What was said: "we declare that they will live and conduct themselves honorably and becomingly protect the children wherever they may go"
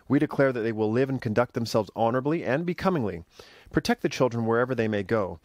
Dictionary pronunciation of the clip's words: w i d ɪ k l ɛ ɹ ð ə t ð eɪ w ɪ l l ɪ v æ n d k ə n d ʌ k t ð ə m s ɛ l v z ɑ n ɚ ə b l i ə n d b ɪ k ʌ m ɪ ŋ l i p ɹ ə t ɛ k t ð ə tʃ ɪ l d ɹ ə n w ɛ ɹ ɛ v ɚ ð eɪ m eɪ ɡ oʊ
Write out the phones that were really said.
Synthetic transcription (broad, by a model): w i d ɪ k l ɛ ɹ ð ə t ð eɪ w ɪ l l ɪ v n k ə n d ʌ k t ð ə m s ɛ l v z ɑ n ɚ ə b l i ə n b ɪ k ʌ m ɪ ŋ l i p ɹ ə t ɛ k t ð ə tʃ ɪ l d ɹ ə n w ɛ ɹ ɛ v ɚ ð eɪ m eɪ ɡ oʊ